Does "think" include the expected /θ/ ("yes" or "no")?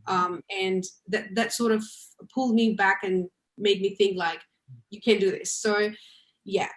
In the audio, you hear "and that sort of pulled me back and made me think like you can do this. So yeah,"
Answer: yes